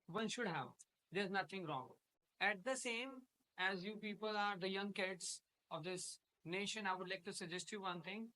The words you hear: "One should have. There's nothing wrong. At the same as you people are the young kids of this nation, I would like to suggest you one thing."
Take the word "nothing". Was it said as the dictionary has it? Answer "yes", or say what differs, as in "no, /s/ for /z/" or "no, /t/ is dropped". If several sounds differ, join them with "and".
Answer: no, /t/ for /θ/